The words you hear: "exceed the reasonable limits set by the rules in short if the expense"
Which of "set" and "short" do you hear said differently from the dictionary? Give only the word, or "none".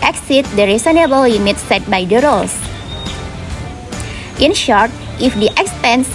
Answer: none